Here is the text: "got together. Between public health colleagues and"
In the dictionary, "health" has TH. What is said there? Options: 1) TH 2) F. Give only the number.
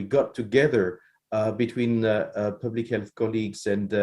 1